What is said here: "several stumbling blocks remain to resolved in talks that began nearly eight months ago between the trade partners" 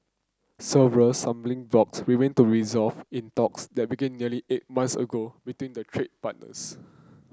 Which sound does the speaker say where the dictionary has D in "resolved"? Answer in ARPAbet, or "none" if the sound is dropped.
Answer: none